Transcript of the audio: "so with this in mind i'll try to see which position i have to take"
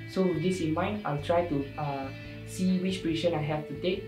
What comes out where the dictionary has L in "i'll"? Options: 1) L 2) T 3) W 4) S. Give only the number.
1